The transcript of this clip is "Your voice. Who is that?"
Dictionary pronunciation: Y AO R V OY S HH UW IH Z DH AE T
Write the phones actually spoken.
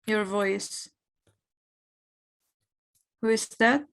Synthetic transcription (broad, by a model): Y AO R V OY S HH UW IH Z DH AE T